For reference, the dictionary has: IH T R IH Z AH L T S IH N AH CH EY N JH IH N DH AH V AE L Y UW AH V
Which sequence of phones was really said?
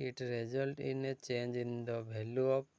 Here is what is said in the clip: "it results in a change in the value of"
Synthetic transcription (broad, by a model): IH T R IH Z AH L T IH N AH CH EY N JH IH N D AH B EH L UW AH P